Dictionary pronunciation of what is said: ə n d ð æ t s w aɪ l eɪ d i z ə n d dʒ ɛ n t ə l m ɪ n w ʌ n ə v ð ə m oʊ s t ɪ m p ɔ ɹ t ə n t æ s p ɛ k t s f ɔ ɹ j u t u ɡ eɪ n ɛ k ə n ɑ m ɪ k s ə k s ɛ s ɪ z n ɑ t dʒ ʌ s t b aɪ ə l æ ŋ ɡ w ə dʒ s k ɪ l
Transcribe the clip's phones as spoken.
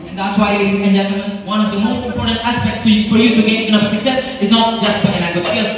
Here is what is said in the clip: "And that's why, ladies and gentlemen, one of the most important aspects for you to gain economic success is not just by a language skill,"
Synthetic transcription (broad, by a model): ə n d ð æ t s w aɪ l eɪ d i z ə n dʒ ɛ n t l m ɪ n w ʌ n ə v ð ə m oʊ s t ɪ m p ɔ ɹ t ə n t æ s p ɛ k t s f ɔ ɹ j u t u ɡ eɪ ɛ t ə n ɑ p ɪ s ə k s ɛ s ɪ z n ɑ t dʒ ʌ s t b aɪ ə n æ ɡ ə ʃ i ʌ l